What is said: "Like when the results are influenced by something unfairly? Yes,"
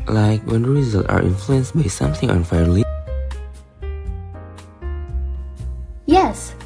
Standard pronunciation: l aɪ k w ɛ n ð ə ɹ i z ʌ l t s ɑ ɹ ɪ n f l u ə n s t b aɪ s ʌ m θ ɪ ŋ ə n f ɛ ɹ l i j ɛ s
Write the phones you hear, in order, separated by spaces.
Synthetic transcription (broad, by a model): l aɪ k w ɛ n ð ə ɹ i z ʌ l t ɑ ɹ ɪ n f l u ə n s b aɪ s ʌ m θ ɪ ŋ ə n f ɛ ɹ l i j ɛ s